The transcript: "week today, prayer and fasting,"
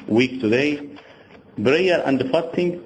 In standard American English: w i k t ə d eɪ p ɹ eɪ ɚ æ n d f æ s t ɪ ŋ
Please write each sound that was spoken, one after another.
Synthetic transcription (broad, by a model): w i k t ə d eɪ b ɹ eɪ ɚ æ n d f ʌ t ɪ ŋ